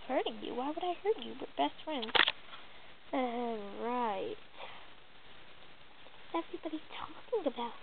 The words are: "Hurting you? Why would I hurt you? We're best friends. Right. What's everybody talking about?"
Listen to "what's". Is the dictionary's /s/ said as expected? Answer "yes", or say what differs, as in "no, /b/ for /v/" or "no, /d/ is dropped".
no, /s/ is dropped